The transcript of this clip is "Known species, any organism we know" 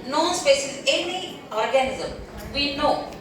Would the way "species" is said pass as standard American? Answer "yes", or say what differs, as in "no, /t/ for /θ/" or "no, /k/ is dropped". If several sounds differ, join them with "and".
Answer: no, /s/ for /ʃ/